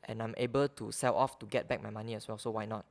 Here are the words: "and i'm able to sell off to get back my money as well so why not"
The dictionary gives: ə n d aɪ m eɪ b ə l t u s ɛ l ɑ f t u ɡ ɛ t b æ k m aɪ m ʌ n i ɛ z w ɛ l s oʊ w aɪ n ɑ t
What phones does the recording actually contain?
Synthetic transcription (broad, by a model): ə n aɪ m eɪ b ə l t u s ɛ l ɑ f t u ɡ ɛ t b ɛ k m aɪ m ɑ n i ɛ s w ɛ l s oʊ w aɪ n ɑ t